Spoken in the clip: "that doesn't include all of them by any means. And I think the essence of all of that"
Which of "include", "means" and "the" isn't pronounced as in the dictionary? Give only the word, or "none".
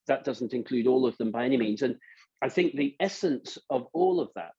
none